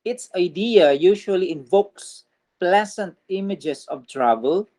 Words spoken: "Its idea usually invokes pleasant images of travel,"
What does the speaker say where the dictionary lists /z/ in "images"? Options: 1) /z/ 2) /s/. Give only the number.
2